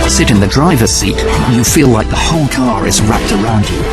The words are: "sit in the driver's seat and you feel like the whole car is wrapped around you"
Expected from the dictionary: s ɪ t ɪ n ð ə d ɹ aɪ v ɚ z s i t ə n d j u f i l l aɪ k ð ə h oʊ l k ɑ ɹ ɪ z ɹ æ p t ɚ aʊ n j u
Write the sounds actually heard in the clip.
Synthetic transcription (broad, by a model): s ɪ t ɪ n ð ə d ɹ aɪ v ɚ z s i t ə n j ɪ f i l l aɪ k ð ə h oʊ l k ɑ ɹ ɪ z ɹ æ p t ɚ aʊ n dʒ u